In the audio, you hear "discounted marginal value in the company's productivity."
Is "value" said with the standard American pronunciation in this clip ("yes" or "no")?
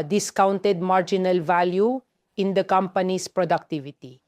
yes